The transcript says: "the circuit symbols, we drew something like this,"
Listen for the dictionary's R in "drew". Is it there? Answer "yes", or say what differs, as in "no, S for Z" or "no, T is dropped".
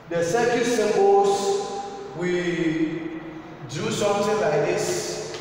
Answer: no, R is dropped